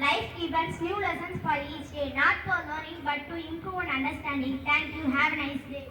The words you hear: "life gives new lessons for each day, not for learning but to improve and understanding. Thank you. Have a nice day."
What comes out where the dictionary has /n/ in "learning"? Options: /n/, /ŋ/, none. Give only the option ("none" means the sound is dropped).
none